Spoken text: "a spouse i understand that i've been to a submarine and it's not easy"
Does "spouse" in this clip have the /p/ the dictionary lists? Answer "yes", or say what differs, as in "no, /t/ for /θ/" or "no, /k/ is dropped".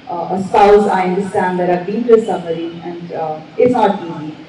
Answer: no, /p/ is dropped